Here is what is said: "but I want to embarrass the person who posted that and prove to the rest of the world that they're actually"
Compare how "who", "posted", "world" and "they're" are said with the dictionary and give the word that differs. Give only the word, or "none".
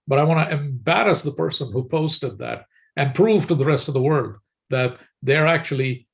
none